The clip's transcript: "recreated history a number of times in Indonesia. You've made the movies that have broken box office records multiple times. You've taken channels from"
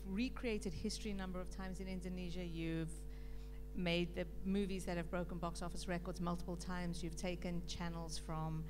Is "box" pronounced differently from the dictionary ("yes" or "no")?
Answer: no